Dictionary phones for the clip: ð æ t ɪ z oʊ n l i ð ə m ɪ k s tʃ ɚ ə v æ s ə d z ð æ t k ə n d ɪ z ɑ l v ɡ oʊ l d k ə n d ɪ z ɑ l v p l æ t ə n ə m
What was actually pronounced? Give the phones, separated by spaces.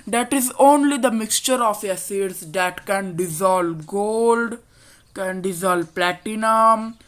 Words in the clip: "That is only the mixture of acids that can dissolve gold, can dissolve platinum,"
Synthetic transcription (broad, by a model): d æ t ɪ z oʊ n l i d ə m ɪ k s tʃ ɚ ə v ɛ s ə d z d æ t k ə n d ɪ z ɑ l v ɡ oʊ l d k ə n d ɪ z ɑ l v p l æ t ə n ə m